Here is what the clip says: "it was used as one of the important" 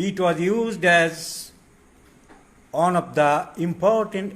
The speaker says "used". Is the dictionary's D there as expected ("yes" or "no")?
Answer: yes